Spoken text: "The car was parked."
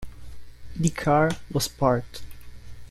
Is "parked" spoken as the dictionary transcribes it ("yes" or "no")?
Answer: no